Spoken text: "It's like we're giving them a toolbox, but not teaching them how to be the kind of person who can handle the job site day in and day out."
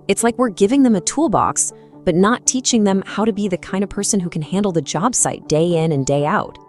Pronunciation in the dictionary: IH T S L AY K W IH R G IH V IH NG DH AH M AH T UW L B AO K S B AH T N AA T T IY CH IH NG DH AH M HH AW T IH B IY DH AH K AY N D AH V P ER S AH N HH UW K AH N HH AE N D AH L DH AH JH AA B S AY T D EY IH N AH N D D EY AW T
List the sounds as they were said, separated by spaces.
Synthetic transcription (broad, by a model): IH T S L AY K W IH R G IH V IH NG DH AH M AH T UW L B AO K S B AH T N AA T T IY CH IH NG DH AH M HH AW T IH B IY DH AH K AY N D AH V P ER S AH N HH UW K N HH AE N D L DH AH JH AA B S AY T D EY IH N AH N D D EY AW T